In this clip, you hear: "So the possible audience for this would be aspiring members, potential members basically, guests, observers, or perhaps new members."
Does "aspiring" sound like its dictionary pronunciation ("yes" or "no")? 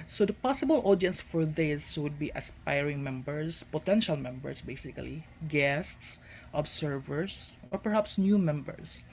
yes